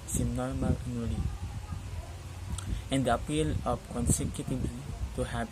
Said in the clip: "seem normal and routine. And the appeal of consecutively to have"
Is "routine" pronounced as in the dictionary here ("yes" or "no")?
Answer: no